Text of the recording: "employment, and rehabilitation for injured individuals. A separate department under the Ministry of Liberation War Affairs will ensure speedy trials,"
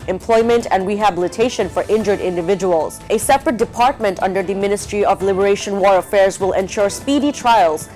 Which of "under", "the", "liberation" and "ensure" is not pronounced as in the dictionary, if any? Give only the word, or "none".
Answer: none